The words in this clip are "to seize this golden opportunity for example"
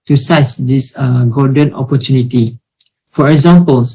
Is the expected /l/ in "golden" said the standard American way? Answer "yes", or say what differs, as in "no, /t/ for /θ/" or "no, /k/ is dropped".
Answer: no, /l/ is dropped